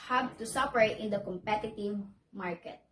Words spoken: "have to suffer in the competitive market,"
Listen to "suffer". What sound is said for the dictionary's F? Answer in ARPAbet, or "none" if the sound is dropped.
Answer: P